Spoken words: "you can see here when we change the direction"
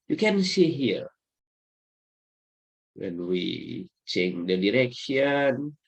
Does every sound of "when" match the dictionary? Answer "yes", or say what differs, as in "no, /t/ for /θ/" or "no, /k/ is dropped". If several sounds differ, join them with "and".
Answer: yes